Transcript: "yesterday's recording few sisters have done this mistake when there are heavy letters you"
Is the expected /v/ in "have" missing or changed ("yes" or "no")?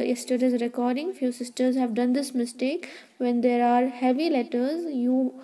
no